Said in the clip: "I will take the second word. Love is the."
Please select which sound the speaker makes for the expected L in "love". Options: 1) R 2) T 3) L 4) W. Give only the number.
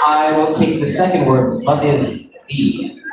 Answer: 4